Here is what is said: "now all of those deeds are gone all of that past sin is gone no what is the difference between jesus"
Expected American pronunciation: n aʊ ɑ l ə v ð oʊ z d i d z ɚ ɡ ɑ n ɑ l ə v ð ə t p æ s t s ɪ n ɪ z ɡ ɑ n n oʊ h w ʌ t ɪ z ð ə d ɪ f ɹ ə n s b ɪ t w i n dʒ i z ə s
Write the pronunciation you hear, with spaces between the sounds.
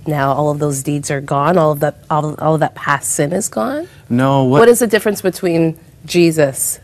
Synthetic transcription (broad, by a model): n aʊ ɑ l ə v ð oʊ z d i d z ɚ ɡ ɑ n ɑ l ə v ð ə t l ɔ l t s ɪ n ɪ z ɡ ɑ n n oʊ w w ʌ t ɪ z ð ə d ɪ f ɹ ə n s b ɪ t w i n dʒ i z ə s